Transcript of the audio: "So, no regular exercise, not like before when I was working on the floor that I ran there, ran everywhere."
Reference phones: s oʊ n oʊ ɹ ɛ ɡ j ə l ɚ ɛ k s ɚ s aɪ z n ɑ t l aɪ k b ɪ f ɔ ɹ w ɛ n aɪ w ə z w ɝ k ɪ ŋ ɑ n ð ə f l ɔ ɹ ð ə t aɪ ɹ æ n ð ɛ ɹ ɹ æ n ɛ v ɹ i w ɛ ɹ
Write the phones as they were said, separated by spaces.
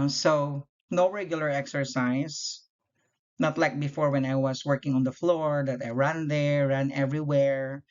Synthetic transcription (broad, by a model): s oʊ n oʊ ɹ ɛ ɡ j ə l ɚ ɛ k s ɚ s aɪ s n ɑ t l aɪ k b ɪ f ɔ ɹ w ɛ n aɪ w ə s w ɝ k ɪ ŋ ɑ n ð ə f l ɔ ɹ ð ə t aɪ ɹ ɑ n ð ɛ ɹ ɹ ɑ n ɛ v ɹ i w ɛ ɹ